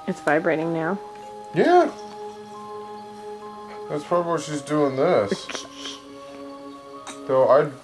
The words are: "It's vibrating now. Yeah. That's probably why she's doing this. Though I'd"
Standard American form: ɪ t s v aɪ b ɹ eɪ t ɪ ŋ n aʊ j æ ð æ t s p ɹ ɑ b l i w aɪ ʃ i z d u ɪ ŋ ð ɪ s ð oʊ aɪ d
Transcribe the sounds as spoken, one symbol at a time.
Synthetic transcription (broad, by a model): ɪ t s v aɪ b ɹ eɪ t ɪ ŋ n aʊ j æ ð æ t s p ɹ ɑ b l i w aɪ ʃ i z d u ɪ ŋ ð ɪ s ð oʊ aɪ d